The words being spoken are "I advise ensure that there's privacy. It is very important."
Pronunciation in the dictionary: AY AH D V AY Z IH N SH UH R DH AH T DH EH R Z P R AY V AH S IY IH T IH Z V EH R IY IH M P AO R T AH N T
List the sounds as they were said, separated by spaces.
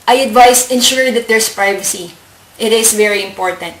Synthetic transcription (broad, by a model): AY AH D V AY S IH N SH UH R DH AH T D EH R S P R AY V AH S IY IH T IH S V EH R IY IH M P AO R T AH N T